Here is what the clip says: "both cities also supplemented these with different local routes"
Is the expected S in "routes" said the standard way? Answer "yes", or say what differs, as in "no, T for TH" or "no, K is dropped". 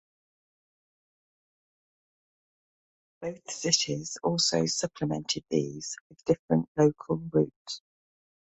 no, S is dropped